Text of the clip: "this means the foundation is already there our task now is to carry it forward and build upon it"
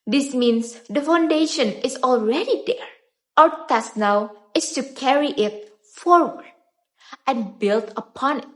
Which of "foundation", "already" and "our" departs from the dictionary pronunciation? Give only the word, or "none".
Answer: our